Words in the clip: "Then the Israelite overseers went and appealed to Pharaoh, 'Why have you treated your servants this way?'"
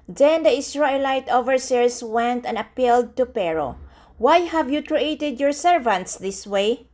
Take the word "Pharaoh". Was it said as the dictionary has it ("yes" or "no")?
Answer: no